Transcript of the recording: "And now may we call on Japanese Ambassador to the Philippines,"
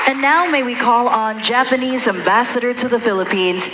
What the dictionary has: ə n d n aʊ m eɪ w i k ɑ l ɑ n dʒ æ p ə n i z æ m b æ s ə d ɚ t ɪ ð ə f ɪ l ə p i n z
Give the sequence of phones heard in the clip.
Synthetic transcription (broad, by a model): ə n n aʊ m eɪ w i k ɑ l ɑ n dʒ æ p ə n i z æ m b æ s ə d ɚ t ɪ ð ə f ɪ l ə p i n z